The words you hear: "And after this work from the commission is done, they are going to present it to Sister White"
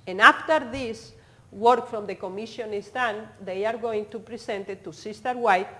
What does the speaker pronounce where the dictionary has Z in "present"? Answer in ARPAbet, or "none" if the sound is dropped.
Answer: S